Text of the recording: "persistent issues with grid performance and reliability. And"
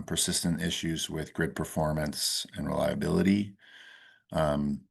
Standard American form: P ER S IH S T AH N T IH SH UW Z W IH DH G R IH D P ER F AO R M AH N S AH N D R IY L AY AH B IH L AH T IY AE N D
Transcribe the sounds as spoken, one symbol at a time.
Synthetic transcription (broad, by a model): P ER S IH S T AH N T IH SH UW Z W IH DH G R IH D P ER F AO R M AH N S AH N R IY L AY AH B IH L AH T IY